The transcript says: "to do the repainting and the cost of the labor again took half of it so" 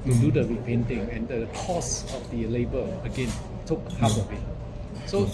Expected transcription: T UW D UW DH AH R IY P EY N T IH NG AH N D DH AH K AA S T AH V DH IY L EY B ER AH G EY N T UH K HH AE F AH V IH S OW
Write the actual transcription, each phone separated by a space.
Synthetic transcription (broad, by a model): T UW D UW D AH R IY P EY N T IH NG AH N D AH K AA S AH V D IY L EY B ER AH G EY N T UH K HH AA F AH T IH S OW